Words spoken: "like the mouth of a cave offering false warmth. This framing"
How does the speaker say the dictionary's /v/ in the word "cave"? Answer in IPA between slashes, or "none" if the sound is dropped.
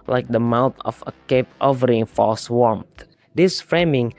/p/